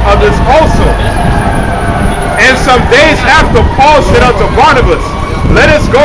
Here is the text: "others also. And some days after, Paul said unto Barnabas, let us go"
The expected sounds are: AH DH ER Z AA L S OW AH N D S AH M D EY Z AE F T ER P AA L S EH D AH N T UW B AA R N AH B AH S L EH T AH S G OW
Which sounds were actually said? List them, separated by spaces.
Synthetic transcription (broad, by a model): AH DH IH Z AA L S OW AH N S AH M D EY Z AE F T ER P AA L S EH D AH T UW B AA R N AH B AH S L EH T AH S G OW